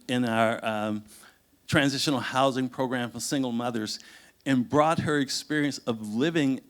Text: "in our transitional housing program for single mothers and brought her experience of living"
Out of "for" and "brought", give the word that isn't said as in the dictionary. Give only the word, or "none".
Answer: none